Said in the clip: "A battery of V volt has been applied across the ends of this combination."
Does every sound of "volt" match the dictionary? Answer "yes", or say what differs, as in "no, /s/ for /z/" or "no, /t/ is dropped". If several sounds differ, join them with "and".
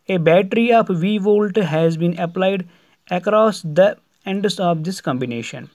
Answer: yes